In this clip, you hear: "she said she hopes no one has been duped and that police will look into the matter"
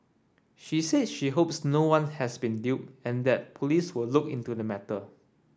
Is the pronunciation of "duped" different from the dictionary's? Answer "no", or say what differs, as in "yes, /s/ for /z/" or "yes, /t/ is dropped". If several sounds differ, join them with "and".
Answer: yes, /t/ is dropped